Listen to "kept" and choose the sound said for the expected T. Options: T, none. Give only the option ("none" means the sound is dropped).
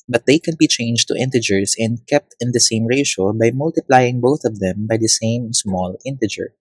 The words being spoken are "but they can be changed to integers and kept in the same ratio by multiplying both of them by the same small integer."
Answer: T